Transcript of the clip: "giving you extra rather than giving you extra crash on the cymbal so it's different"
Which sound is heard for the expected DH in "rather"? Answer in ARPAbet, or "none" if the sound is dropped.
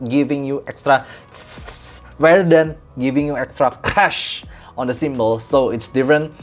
none